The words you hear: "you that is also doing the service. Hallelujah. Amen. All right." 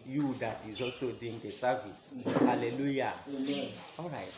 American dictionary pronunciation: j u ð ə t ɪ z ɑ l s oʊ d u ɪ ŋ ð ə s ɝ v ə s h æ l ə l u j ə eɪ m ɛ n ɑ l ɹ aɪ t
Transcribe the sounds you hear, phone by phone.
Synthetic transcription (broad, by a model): j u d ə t ɪ z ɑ s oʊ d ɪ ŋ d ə s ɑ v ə s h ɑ l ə l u j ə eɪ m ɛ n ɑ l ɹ aɪ t